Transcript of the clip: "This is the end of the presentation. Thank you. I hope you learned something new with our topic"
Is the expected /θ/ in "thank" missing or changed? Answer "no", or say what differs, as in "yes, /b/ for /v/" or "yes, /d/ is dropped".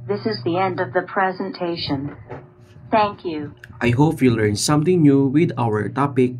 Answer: no